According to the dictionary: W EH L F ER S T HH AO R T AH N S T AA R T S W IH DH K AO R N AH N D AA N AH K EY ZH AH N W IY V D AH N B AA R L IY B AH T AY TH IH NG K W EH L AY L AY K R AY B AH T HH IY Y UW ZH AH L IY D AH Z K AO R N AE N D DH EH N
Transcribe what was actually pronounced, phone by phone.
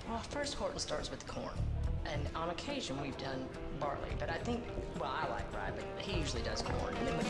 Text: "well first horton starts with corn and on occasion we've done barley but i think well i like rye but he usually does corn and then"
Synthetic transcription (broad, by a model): W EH L F ER S T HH AO R T N S T AA R T S W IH DH K AO R N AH N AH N AH K EY ZH AH N W IY V D AH N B AA R L IY B AH T AY TH IH NG K W EH L AY L AY K R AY B AH T HH IY Y UW ZH L IY D AH Z K AO R N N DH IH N